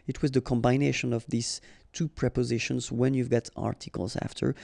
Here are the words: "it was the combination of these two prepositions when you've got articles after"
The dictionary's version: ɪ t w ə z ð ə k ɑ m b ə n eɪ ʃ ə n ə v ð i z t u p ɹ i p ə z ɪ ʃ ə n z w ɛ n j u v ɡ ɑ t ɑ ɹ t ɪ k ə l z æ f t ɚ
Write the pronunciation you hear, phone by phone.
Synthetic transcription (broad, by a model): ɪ t w ə z ð ə k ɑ m b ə n eɪ ʃ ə n ə v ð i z t u p ɹ i p ə z ɪ ʃ ə n z w ɛ n j u v ɡ ɑ t ɑ ɹ t ɪ k ə l z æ f t ɚ